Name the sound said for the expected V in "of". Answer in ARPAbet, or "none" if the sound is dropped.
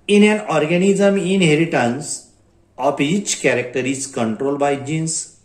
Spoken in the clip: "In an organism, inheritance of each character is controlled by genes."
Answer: P